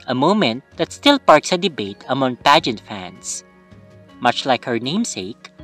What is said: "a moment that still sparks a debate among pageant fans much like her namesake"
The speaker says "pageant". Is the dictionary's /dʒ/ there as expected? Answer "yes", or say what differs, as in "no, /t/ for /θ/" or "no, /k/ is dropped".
yes